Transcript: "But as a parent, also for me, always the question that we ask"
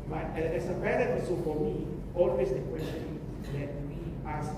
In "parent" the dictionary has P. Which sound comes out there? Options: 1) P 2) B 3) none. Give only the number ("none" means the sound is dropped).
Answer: 2